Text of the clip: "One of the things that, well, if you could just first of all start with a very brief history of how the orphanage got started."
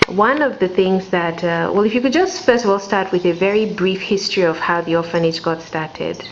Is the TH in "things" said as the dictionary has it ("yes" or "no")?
yes